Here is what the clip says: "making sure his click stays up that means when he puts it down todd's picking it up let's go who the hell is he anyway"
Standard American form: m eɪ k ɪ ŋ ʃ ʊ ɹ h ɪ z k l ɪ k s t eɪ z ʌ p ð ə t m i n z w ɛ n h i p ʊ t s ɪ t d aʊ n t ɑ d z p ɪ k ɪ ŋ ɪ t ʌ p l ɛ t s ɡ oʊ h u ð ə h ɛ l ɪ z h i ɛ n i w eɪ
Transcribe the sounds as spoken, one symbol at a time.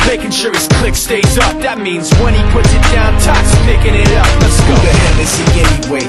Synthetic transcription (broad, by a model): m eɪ k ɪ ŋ ʃ ʊ ɹ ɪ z k l ɪ k s t eɪ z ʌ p ð ə t m i n z w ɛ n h i p ʊ t s ɪ t d aʊ n t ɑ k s p ɪ k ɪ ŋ ɪ t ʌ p n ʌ s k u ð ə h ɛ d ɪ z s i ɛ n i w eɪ